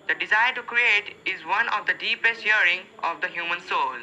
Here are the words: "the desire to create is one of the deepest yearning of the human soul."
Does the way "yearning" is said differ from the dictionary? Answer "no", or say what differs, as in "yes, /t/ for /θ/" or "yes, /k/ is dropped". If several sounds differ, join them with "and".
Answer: yes, /n/ is dropped